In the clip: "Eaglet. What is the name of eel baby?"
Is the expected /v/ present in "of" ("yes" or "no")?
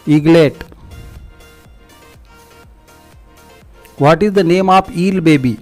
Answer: no